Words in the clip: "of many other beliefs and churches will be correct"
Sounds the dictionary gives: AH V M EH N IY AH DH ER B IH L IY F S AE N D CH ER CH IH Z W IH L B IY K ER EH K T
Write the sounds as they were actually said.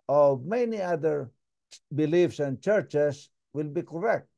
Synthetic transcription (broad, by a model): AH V M EH N IY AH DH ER B IH L IY F S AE N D CH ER CH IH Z W IH L B IY K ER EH K T